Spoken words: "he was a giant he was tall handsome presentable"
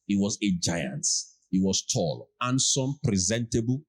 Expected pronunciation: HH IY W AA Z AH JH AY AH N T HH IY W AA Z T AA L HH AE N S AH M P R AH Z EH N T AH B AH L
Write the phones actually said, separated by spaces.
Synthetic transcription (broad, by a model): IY W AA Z AH JH AY AH N T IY W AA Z T AA L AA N S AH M P R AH Z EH N T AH B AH L